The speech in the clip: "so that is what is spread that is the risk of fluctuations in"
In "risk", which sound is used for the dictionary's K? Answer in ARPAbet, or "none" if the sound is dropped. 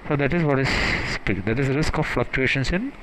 K